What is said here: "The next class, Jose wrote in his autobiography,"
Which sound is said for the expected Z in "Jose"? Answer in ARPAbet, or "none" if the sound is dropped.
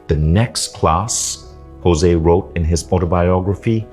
Z